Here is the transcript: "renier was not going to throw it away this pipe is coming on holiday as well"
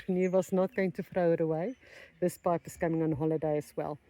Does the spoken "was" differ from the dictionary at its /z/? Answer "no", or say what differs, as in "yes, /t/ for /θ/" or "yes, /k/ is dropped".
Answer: yes, /s/ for /z/